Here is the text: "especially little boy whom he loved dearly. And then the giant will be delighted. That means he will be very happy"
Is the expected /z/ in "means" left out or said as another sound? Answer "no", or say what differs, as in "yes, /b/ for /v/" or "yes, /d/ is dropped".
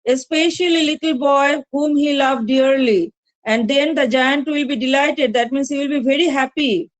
yes, /s/ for /z/